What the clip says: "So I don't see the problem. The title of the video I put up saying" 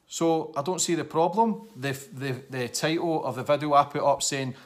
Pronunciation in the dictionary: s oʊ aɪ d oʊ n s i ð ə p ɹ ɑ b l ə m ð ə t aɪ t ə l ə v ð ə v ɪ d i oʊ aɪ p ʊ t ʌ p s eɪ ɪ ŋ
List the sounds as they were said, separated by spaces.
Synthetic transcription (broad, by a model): s oʊ aɪ d oʊ n s i ð ə p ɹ ɑ b l ə m ð ə t aɪ t l ə v ð ə v ɪ d i oʊ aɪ p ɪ t ʌ p s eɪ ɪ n